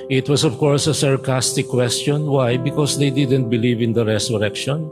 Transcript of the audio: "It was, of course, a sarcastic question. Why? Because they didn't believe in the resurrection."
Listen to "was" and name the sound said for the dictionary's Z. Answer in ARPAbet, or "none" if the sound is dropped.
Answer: S